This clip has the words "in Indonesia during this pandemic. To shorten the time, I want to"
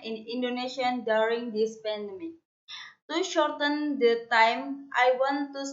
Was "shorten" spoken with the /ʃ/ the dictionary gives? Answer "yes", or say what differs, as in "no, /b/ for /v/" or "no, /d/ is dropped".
yes